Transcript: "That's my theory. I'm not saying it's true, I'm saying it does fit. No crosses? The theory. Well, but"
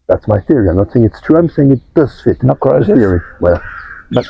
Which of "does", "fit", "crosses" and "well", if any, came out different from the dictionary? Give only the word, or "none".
crosses